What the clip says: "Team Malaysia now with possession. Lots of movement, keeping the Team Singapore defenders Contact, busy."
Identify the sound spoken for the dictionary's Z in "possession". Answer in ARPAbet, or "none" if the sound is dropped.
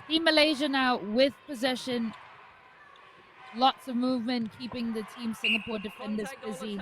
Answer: Z